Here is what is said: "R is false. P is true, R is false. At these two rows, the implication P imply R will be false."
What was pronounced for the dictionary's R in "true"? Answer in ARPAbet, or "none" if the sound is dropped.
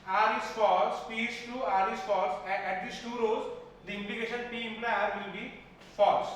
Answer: none